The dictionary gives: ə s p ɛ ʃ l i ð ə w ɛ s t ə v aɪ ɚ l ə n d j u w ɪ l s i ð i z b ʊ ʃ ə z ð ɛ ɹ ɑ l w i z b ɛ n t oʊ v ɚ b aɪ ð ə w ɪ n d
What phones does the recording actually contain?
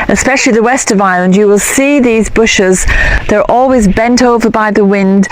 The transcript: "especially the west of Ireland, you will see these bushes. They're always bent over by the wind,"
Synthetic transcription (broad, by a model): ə s p ɛ ʃ l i ð ə w ɛ s t ə v aɪ l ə n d j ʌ w ɪ l s i ð i z b ʊ ʃ ə z ð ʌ ɹ ɑ l w i z b ɛ n t oʊ v ɚ b aɪ ð ə w ɪ n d